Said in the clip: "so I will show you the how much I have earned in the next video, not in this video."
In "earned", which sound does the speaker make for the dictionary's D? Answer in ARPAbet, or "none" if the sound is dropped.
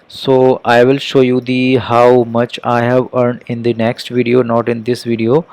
D